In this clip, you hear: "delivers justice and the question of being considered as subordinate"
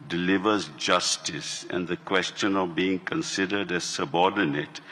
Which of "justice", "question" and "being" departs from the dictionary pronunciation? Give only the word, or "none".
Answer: none